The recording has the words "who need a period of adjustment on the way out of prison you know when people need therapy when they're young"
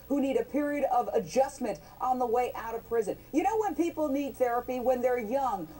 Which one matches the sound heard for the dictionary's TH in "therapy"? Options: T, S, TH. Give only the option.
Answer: TH